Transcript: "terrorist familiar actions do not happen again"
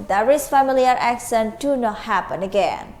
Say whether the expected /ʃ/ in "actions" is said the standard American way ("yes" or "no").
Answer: no